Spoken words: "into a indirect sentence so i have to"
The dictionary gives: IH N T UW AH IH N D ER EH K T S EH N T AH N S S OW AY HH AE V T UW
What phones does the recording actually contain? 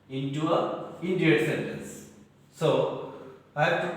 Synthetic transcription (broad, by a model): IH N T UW AH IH N D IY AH T S EH N T AH N S S OW AY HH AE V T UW